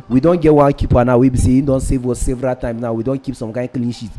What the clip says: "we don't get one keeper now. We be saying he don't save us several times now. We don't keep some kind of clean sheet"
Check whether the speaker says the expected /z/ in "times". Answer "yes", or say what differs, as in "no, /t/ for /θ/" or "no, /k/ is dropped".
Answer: no, /z/ is dropped